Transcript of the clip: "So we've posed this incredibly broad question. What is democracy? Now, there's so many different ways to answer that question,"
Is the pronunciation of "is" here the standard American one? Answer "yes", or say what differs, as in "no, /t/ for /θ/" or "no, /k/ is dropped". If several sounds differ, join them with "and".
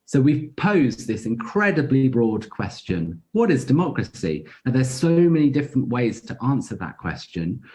yes